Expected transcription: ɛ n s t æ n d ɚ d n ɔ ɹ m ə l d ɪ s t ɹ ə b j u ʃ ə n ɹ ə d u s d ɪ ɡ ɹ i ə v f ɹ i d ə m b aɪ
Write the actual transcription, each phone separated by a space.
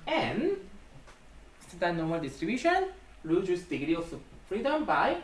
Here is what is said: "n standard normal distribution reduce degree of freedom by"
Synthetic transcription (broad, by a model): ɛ n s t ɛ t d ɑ n ɔ ɹ m ə l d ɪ s t ɹ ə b j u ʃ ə n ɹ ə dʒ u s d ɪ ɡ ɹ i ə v f ɹ i d ə m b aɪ